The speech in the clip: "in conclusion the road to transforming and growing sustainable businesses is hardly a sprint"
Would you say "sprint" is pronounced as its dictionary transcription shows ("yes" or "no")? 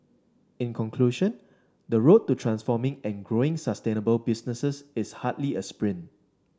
no